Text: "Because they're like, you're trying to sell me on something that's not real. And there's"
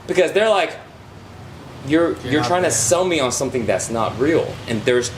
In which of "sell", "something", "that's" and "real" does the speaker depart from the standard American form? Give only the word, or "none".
none